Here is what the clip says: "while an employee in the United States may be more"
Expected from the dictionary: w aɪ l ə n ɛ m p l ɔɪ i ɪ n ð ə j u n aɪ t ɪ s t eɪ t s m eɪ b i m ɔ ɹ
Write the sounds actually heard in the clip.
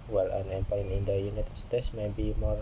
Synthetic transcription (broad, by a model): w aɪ l ə n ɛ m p ɑ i ɪ n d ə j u n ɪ t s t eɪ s m eɪ b i m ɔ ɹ